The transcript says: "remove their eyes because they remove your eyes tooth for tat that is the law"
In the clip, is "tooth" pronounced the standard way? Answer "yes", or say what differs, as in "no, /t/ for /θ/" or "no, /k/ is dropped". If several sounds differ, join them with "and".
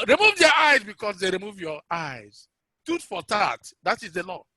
no, /t/ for /θ/